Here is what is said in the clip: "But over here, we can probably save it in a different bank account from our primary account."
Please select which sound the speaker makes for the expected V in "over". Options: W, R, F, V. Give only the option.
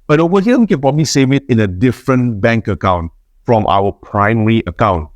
W